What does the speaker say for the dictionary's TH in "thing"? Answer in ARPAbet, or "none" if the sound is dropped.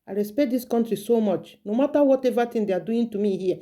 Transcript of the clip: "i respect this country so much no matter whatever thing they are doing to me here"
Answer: T